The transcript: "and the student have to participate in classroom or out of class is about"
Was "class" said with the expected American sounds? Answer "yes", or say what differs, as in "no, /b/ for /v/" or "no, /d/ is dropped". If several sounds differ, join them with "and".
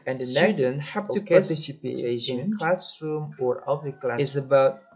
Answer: no, /s/ is dropped